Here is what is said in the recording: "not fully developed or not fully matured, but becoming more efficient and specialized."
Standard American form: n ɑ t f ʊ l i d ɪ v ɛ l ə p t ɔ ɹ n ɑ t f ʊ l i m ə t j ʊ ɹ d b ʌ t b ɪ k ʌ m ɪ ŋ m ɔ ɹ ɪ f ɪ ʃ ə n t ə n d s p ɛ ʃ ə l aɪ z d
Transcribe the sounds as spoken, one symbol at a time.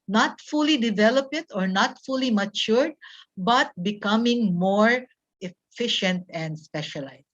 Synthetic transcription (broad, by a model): n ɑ t f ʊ l i d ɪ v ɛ l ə p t ɔ ɹ n ɑ t f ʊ l i m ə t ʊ ɹ d b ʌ t b ɪ k ʌ m ɪ ŋ m ɔ ɹ ɪ f ɪ ʃ ə n t ə n d s p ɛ ʃ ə l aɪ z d